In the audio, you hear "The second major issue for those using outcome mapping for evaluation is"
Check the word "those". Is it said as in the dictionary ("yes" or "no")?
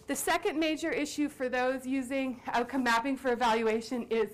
yes